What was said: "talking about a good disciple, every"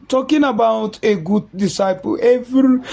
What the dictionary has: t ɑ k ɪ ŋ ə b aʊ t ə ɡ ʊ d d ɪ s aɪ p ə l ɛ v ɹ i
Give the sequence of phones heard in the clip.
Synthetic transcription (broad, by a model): t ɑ k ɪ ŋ ə b aʊ t ə ɡ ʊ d d ɪ s aɪ p ə l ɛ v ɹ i